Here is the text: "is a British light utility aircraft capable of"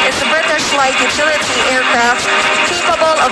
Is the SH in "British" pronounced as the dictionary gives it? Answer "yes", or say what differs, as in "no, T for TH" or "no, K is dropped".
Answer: no, S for SH